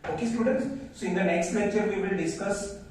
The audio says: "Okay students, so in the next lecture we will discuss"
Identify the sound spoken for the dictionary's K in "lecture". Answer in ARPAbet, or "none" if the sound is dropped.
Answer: none